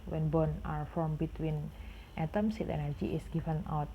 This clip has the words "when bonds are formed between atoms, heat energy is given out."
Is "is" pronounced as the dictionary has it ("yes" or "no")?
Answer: no